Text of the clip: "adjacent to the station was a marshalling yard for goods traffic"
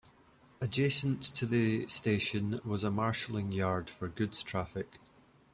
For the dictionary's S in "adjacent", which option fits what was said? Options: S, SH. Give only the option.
S